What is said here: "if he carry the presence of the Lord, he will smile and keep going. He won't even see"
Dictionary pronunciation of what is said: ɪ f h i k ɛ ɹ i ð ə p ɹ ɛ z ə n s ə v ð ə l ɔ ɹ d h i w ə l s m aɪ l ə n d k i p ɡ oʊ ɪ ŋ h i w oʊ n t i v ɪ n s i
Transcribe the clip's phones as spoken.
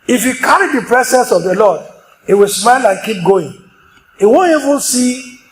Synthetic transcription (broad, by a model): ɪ f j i k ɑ ɹ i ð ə p ɹ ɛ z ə n s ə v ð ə l ɔ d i w ə l s m aɪ l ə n k i p ɡ oʊ ɪ ŋ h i w oʊ n t i v ɪ n s i